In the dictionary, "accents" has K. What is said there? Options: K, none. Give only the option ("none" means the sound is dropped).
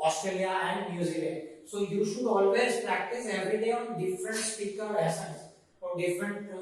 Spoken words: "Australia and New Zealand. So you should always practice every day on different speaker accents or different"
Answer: none